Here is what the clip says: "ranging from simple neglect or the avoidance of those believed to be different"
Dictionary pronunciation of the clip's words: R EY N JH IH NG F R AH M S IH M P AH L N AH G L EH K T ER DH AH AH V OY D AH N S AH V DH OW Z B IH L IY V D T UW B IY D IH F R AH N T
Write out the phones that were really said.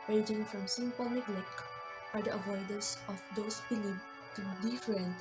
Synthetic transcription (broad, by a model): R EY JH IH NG F R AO M S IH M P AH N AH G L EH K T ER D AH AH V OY D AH S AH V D OW S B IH L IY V T UW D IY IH F R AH N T